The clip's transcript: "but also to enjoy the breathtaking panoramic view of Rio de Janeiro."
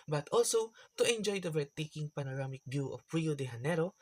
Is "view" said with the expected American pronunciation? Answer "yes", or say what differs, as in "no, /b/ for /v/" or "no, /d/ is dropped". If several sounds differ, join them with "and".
no, /b/ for /v/